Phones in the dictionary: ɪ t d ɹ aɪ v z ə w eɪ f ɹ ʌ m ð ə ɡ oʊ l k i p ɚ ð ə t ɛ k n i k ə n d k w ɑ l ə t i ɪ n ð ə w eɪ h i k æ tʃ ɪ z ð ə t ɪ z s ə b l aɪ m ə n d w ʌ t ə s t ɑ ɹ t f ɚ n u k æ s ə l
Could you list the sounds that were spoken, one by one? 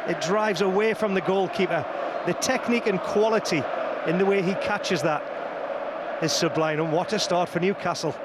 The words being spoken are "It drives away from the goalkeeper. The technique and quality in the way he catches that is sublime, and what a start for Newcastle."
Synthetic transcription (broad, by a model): ɪ t d ɹ aɪ v z ə w eɪ f ɹ ʌ m ð ə ɡ oʊ l k i p ɚ ð ə t ɛ k n i k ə n k w ɑ l ə t i ɪ n ð ə w eɪ i k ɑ tʃ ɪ z ð ə t ɪ z s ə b l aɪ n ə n w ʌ t ə s t ɑ ɹ t f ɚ n u k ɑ s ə l